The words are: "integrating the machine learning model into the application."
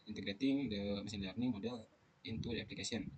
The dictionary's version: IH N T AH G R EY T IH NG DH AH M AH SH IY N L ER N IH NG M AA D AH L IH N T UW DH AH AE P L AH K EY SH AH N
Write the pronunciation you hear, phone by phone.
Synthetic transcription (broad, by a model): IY N T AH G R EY T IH NG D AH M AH S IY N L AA N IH M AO D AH L IH N T UW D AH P L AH K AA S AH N